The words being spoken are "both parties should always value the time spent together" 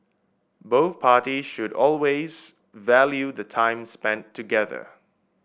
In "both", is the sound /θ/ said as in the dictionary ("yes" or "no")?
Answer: yes